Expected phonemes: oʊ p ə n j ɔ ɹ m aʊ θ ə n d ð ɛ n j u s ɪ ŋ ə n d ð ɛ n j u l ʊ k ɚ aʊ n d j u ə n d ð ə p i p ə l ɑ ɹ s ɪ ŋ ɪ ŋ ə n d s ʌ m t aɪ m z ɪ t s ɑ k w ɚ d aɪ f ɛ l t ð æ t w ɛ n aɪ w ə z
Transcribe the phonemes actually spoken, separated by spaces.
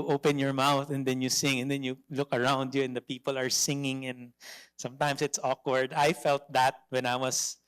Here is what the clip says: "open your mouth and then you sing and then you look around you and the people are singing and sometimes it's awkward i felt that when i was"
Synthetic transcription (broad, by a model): oʊ p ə n j ɔ ɹ m aʊ θ ə n d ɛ n j u s ɪ ŋ ə n d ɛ n j u l ʊ k ɚ aʊ n d j u ə n d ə p i p ə l ɑ ɹ s ɪ ŋ ɪ ŋ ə n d s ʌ m t aɪ m s ɪ t s ɑ k w ɚ d aɪ f ɛ l t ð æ t w ɛ n aɪ w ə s